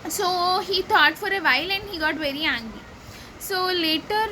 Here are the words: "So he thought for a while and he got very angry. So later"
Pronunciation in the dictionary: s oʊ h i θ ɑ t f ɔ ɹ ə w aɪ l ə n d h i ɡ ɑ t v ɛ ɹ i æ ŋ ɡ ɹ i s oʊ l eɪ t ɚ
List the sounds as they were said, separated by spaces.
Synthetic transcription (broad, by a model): s oʊ h i t ɑ t f ɔ ɹ ə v aɪ l ə n d h i ɡ ɑ t v ɛ ɹ i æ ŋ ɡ i s oʊ l eɪ t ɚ